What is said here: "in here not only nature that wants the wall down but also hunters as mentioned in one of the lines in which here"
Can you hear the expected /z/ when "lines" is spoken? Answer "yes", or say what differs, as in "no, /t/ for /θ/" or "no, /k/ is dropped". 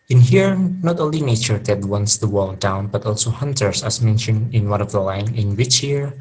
no, /z/ is dropped